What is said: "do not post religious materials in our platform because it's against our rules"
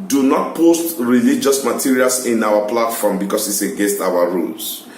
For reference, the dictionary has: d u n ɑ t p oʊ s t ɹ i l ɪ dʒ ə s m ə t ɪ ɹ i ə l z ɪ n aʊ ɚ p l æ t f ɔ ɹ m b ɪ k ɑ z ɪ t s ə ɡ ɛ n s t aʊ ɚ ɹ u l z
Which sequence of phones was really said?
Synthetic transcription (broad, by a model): d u n ɑ t p oʊ s t ɹ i l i dʒ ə s m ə t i ɹ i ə l s ɪ n aʊ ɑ p l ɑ t f ɔ m b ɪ k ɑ s ɪ t s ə ɡ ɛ s t aʊ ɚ ɹ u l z